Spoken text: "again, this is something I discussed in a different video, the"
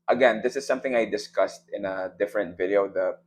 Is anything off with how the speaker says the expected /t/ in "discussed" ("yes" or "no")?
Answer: no